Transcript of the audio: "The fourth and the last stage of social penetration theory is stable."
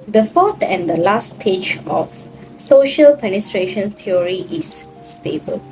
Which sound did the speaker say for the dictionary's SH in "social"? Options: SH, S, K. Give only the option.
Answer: SH